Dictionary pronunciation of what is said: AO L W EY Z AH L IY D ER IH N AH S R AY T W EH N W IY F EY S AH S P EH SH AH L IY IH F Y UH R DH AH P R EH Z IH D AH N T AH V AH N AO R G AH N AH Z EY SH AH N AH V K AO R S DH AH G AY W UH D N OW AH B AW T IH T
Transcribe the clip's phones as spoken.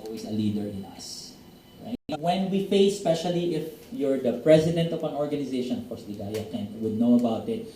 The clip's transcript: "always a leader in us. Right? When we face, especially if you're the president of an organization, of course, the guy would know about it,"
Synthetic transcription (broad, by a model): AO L W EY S AH L IY D ER IH N AH S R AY W EH N W IY F EY AH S P EH SH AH L IY IH F Y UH R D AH P R EH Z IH D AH N T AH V AH N AO R G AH N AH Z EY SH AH N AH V K AO R S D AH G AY W UH D N OW AH B AW T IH T